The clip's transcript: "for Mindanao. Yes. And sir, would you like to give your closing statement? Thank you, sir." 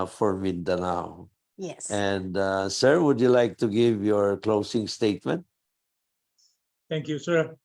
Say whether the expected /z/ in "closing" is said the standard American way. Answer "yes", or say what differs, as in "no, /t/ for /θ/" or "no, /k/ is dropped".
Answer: no, /s/ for /z/